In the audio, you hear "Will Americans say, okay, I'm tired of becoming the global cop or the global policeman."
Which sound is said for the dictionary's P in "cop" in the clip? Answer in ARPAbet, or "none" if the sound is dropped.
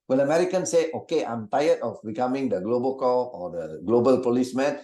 none